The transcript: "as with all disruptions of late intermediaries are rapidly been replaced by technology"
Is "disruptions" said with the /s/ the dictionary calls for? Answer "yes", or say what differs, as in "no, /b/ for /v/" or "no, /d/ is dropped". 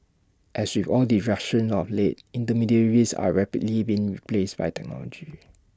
no, /s/ is dropped